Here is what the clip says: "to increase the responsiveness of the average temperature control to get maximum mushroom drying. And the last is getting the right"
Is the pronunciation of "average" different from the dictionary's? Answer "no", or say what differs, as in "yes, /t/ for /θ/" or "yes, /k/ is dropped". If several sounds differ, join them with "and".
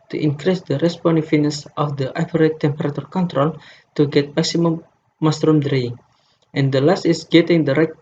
yes, /p/ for /v/